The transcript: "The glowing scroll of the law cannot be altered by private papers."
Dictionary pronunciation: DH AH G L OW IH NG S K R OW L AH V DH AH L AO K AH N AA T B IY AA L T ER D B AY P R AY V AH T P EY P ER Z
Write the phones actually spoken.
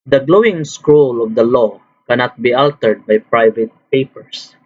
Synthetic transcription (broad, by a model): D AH G L OW IH NG S K R OW L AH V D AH L AO K AH N AA T B IY AA L T ER D B AY P R AY V AH T P EY P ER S